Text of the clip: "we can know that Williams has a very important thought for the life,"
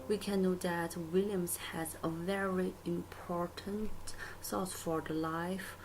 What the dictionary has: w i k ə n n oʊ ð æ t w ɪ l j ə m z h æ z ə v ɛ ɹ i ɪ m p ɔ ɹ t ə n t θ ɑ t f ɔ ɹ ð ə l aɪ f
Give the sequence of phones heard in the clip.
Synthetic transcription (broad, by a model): w i k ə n n oʊ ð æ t w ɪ l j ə m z h æ z ə v ɛ ɹ i ɪ m p ɔ ɹ t ə n t s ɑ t f ɔ ɹ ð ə l aɪ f